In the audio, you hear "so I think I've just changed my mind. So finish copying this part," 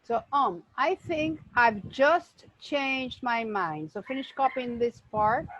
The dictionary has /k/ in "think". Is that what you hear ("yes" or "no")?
yes